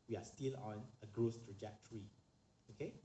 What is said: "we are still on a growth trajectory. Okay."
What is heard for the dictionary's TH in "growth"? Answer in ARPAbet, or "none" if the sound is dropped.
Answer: S